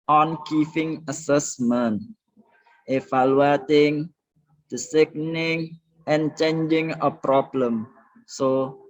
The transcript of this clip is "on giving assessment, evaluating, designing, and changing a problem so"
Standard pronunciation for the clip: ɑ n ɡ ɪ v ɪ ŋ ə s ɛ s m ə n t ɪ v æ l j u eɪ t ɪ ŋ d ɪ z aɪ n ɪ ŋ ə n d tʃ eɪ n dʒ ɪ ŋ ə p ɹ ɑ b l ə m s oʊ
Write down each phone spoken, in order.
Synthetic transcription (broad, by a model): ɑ n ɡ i f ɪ ŋ ə s ɛ s m ə n t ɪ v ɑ l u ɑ t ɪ ŋ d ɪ s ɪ n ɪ ŋ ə n tʃ eɪ n dʒ ɪ ŋ ə p ɹ ɑ b l ə m s oʊ